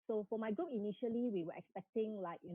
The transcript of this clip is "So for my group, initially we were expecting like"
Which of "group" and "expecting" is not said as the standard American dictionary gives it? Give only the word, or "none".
group